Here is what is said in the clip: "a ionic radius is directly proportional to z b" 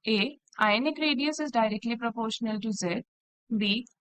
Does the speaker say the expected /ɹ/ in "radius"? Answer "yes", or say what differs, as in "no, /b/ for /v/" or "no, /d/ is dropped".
yes